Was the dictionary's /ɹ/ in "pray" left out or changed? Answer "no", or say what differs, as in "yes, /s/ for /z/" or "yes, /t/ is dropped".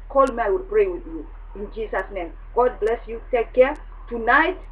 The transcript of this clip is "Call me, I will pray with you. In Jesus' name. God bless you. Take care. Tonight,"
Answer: no